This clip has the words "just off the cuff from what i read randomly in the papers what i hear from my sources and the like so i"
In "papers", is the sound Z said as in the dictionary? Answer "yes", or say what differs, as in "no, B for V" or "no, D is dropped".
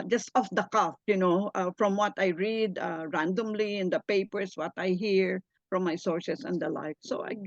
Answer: no, S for Z